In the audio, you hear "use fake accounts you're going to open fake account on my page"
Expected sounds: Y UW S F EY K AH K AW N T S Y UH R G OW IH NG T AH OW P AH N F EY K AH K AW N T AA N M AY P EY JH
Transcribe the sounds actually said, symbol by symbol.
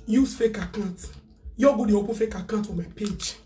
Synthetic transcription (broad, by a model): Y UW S F EY K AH K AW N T Y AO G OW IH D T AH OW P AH F EY K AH K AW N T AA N M AY P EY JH